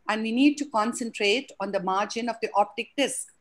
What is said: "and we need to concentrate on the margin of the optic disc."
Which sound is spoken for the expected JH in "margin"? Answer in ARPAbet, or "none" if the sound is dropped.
JH